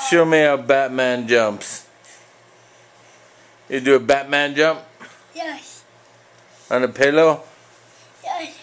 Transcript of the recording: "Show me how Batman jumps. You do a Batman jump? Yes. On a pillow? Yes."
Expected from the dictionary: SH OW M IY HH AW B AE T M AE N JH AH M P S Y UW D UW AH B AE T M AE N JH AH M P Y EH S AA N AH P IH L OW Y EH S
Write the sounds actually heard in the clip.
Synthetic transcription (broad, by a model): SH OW M IY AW B AE T M AE N JH AH M P S Y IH D AH B AE T M AE N JH AH M P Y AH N AH P IH L OW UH